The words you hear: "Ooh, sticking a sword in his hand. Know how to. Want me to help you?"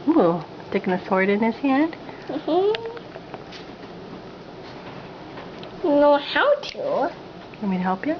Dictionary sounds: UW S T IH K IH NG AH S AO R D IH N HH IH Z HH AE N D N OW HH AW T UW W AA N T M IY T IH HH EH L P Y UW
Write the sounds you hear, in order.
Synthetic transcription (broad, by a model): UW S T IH K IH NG AH S AO R D IH N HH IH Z HH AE N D N OW HH AW T UW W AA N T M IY T IH HH EH L P Y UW